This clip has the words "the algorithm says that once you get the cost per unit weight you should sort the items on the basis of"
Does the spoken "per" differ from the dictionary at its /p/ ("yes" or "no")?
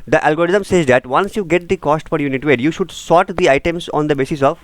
yes